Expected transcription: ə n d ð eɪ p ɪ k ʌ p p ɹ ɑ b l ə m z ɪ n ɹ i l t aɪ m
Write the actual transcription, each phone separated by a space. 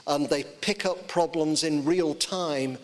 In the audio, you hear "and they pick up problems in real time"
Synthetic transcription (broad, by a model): ə n ð eɪ p ɪ k ʌ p p ɹ ɑ b l ə m z ɪ n ɹ i l t aɪ m